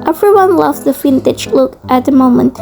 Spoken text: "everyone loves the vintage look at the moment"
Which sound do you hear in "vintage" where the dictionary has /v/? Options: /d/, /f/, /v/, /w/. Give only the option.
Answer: /f/